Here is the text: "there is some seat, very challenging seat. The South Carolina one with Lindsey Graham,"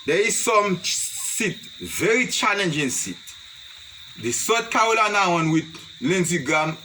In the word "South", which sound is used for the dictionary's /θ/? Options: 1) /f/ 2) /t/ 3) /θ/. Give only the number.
2